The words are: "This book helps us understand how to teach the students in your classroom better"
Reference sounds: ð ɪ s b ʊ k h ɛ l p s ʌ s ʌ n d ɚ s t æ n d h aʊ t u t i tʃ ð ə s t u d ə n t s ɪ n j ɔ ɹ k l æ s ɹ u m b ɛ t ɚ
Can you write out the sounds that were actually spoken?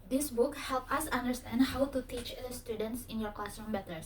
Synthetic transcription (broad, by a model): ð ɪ s b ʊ k h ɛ l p ʌ s ʌ n d ɚ s t æ n d h aʊ t u t i tʃ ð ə s t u d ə n t s ɪ n j ɔ ɹ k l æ s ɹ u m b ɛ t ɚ